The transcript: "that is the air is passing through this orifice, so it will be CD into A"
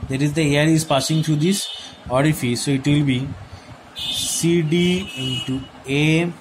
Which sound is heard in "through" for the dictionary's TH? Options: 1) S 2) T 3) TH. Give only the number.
2